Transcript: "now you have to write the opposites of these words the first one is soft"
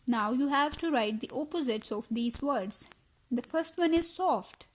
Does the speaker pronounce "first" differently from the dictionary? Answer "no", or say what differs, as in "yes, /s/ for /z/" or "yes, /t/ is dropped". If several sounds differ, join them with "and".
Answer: no